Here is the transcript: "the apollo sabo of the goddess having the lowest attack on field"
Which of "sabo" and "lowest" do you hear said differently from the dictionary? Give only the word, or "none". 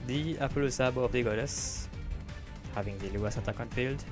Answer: lowest